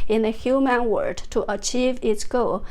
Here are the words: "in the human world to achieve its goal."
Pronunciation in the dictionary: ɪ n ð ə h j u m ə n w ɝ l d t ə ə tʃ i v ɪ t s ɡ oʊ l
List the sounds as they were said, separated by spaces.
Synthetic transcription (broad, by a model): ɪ n ð ə h j u m ə n w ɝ d t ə ə tʃ i v ɪ t s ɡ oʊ l